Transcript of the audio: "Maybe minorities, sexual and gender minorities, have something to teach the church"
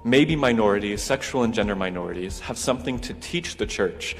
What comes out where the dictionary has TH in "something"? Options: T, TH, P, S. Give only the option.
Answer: TH